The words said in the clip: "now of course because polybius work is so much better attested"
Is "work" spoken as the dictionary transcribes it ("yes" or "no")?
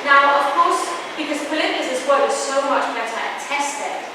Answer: no